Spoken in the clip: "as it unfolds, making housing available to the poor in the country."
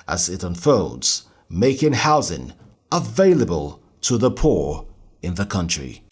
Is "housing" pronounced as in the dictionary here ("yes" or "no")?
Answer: yes